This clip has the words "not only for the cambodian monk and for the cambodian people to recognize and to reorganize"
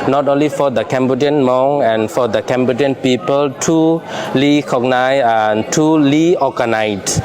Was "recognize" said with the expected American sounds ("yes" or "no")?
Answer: no